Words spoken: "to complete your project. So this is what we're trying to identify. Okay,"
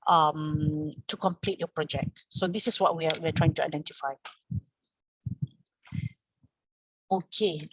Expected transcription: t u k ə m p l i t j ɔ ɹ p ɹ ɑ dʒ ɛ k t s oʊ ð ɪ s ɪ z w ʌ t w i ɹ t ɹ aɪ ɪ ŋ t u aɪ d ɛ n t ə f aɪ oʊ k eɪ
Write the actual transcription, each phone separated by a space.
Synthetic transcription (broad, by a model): t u k ə m p l i t j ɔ p ɹ ɑ dʒ ɛ k t s oʊ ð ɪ s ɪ s w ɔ t w i w t ɹ aɪ ɪ ŋ t u aɪ d ɛ n t ə f aɪ oʊ k eɪ